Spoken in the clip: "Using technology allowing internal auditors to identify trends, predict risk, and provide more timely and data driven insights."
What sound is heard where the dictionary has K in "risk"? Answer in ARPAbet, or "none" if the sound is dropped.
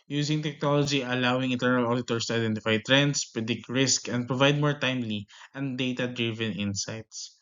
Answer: K